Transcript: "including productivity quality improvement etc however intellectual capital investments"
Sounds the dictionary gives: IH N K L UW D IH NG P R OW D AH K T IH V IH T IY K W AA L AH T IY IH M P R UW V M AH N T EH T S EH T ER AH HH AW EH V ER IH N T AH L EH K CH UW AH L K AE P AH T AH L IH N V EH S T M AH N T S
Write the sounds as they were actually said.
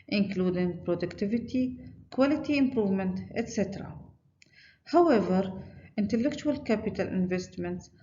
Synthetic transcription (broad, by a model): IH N K L UW D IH NG P R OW D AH K T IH V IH T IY K W AA L AH T IY IH M P R UW V M AH N T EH T S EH T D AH HH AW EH V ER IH N T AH L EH K CH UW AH L K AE P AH T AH L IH N V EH S T M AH N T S